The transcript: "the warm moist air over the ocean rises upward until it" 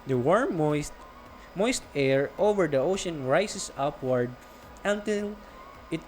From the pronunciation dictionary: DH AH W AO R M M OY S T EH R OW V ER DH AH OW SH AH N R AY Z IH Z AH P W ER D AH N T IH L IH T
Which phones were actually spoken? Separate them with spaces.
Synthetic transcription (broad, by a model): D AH W AO R M M OY S T EH R OW V ER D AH OW SH AH N R AY S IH S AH P W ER D AH N T IH L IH T